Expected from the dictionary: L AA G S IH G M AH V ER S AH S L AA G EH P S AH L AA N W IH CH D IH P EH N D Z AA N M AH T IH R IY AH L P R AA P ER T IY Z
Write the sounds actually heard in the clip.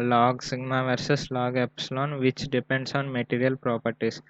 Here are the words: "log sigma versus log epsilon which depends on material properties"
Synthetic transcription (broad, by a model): L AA G S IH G M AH V ER S AH S L AA G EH P S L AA N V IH CH D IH P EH N D S AA N M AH T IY R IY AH L P R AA P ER T IY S